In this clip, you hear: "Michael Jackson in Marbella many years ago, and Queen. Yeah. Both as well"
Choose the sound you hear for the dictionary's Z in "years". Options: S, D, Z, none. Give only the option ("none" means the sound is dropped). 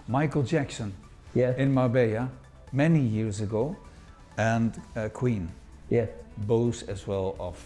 Z